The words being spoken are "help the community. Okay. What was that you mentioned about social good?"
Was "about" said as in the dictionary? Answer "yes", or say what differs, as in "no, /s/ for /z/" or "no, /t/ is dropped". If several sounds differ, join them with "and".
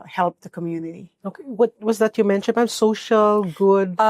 no, /b/ is dropped